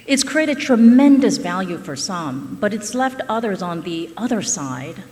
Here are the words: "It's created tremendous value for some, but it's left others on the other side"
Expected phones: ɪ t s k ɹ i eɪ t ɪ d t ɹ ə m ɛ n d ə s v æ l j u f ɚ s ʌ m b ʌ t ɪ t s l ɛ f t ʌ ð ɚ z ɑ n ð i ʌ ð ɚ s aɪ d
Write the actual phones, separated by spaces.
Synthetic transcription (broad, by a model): ɪ t s k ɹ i eɪ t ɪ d t ɹ ə m ɛ n d ə s v æ l j u f ɚ s ʌ m b ʌ t ɪ t s l ɛ f t ʌ ð ɚ z n ð i ʌ ð ɚ s aɪ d